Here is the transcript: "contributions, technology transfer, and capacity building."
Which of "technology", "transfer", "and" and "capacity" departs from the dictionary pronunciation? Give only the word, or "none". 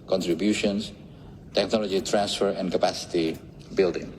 none